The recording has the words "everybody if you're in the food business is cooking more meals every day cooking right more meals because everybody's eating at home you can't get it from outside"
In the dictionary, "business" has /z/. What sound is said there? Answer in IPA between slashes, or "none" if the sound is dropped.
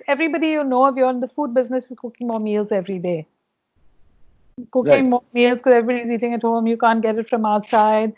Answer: /z/